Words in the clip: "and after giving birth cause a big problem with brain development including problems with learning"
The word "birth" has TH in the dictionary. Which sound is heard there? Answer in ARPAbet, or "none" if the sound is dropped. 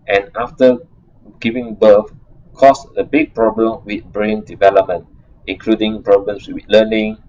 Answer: F